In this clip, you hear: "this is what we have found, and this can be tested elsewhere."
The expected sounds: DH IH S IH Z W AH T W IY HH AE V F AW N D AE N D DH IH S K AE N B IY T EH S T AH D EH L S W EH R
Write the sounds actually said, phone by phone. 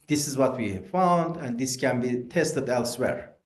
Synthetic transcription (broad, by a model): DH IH S IH Z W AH T W IY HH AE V F AW N D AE N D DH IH S K AE N B IY T EH S T AH D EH L S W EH R